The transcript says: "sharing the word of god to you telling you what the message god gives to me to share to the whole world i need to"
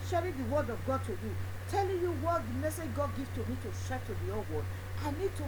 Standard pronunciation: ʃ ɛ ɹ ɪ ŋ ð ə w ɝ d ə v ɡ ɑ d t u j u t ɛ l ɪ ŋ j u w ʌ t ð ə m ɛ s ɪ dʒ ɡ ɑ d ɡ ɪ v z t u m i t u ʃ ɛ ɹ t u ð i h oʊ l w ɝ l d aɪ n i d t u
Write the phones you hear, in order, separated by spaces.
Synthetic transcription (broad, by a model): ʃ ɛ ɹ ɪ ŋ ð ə w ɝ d ə v ɡ ɑ d t u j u t ɛ l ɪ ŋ j u w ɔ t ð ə m ɛ s ɪ dʒ ɡ ɑ d ɡ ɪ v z t u m i t u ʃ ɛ t u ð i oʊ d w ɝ d aɪ n i d t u